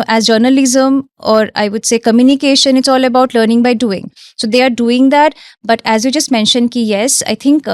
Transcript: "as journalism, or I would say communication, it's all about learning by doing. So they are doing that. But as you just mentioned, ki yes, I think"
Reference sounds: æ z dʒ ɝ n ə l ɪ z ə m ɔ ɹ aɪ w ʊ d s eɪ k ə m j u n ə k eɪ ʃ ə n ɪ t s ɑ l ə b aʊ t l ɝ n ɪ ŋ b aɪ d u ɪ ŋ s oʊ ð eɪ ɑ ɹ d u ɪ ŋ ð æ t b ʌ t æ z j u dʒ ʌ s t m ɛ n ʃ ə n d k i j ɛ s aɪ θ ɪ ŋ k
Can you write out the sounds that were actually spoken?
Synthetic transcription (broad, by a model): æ z dʒ ɝ n ə l ɪ z ə m ɔ ɹ aɪ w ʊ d s eɪ k ə m j u n ə k eɪ ʃ ə n ɪ t s ɑ l ə b aʊ t l ɝ n ɪ ŋ b aɪ d u ɪ ŋ s oʊ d eɪ ɑ ɹ d u ɪ ŋ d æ t b ʌ t æ z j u dʒ ʌ s t m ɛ n ʃ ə n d k i j ɛ s aɪ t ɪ ŋ k